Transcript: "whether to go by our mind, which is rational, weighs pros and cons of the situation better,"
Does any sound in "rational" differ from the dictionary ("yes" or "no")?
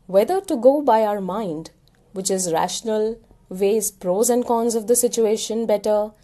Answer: no